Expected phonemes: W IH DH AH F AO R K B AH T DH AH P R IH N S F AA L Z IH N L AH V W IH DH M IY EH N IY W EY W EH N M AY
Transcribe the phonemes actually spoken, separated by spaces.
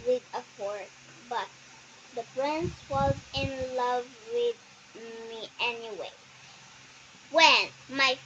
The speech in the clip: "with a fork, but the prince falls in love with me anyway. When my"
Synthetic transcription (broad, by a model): W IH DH AH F AO R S B AH T DH AH P R IH N S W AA Z IH N L AH V W IH DH M IY EH N IY W EY W EH N M AY